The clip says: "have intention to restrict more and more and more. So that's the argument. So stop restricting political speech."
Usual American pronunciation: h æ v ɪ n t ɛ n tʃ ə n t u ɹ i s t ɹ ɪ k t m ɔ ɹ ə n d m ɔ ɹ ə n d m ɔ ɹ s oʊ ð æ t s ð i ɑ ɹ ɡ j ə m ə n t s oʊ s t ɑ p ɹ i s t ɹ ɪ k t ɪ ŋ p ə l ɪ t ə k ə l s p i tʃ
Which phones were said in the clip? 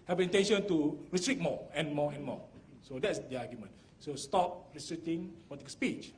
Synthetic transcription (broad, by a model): h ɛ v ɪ n t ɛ n ʃ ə n t u ɹ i s t ɹ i t m ɔ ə n m ɔ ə n m ɔ s oʊ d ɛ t s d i ɑ ɡ j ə m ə n s oʊ s t ɑ p ɹ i s t ɹ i t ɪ ŋ p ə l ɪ t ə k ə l s p i tʃ